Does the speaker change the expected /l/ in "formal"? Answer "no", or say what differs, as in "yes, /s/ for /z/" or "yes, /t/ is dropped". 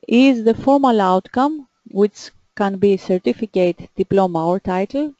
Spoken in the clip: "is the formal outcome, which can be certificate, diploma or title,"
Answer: no